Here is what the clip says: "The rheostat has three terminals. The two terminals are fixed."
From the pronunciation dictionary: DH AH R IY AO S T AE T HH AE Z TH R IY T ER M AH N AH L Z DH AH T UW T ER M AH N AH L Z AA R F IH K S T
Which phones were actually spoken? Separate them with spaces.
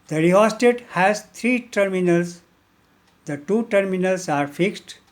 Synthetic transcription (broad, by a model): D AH R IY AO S T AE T HH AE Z T R IY T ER M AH N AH L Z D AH T UW T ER M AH N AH L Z AA R F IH K S T